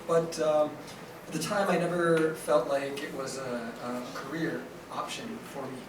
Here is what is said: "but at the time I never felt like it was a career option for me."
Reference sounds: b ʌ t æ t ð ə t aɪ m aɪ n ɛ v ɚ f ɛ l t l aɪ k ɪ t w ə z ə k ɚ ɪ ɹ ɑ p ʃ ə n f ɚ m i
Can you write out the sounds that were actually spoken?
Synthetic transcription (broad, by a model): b ʌ t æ t ð ə t aɪ m aɪ n ɛ v ɚ f ɛ l t l aɪ k ɪ t w ə z ə k ɚ ɪ ɹ ɑ p ʃ ə n f ɚ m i